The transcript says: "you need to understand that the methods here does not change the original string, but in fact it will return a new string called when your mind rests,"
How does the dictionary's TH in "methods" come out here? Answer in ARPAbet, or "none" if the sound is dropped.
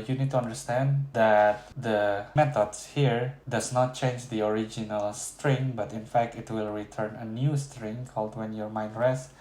T